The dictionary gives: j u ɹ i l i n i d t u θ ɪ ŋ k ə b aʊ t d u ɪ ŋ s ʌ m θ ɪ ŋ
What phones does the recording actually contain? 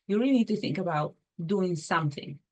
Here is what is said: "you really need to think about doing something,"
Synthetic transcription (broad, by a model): j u ɹ i l i n i d t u θ ɪ ŋ k ə b aʊ t d u ɪ ŋ s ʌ m θ ɪ ŋ